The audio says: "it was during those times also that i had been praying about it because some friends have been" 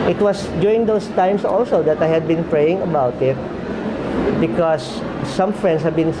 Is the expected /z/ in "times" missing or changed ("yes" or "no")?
yes